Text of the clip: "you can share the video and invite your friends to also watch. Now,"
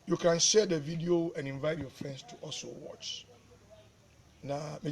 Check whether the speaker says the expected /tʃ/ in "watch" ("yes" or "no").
yes